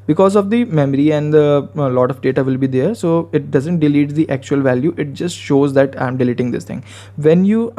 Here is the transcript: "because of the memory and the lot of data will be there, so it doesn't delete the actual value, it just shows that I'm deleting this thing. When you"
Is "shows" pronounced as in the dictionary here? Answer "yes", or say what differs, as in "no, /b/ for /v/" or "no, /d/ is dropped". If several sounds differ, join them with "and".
yes